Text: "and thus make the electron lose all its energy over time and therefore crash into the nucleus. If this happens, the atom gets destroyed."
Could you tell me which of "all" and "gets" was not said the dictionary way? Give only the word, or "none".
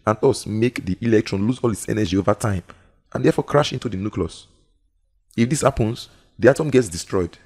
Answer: none